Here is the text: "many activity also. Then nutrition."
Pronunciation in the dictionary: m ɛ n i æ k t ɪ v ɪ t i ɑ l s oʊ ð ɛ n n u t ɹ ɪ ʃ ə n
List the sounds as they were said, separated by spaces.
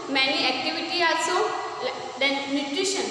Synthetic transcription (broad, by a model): m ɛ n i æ k t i v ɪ t i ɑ s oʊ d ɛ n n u t ɹ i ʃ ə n